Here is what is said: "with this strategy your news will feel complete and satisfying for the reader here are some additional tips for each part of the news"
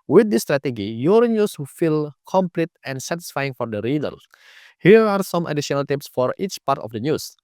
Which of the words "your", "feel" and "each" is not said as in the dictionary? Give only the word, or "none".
none